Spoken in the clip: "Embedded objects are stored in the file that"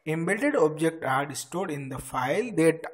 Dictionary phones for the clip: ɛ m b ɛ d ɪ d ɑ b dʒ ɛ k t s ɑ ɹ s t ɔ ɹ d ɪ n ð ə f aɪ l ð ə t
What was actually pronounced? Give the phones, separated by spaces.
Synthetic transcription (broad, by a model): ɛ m b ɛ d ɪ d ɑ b dʒ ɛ k t ɑ ɹ s t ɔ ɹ d ɪ n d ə f aɪ l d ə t